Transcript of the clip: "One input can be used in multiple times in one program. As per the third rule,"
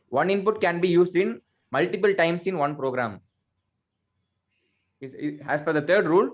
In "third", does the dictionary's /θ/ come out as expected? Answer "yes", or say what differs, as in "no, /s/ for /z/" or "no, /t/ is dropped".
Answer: no, /t/ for /θ/